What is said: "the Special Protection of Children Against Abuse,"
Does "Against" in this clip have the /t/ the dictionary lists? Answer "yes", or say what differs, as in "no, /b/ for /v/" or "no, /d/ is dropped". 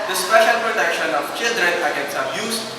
no, /t/ is dropped